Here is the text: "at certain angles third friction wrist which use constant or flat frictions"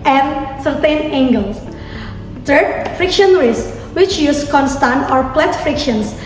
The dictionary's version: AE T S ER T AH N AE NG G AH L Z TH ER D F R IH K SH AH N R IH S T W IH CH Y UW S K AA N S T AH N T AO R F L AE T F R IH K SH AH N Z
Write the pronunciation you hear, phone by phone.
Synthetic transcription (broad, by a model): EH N S ER T AH N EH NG G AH L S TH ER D F R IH K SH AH N R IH S W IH CH Y UW S K AA N S T AH N T AO R P L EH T F R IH K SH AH N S